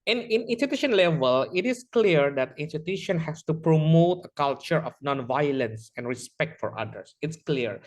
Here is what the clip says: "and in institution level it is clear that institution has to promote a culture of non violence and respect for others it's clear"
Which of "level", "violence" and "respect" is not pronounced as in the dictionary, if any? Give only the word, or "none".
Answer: none